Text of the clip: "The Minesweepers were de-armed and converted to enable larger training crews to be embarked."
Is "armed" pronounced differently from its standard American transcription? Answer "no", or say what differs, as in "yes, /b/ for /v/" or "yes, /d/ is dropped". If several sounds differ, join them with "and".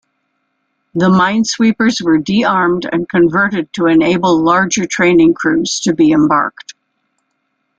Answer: no